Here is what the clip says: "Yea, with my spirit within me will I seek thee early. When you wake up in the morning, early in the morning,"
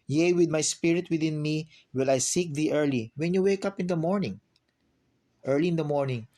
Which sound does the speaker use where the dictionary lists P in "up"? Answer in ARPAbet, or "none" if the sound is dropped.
P